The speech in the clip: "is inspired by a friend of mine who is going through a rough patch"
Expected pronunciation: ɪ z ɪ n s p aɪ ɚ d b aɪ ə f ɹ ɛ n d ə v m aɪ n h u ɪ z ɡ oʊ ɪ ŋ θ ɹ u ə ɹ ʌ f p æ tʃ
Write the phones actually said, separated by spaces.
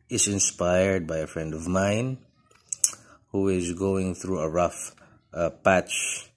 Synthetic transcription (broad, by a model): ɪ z ɪ n s p aɪ ɚ d b aɪ ə f ɹ ɛ n d ə v m aɪ n h u ɪ z ɡ oʊ ɪ ŋ θ ɹ u ə ɹ ʌ f p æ tʃ